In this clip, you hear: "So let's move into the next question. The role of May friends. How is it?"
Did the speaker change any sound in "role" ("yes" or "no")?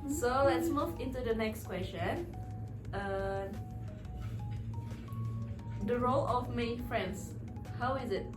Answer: no